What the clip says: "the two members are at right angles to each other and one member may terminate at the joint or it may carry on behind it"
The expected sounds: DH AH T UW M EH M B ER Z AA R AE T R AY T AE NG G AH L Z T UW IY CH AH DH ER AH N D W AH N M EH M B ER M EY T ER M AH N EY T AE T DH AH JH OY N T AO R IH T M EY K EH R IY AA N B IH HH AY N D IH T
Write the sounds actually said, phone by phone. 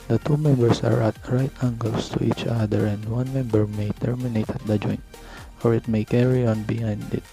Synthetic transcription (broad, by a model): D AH T UW M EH M B ER S AA R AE T R AY T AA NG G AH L S T UW IY CH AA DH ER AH N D W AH N M EH M B ER M EY T ER M AH N EY T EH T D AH JH OY N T AO R IH T M EY K EH R IY AA N B IH HH AY N D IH T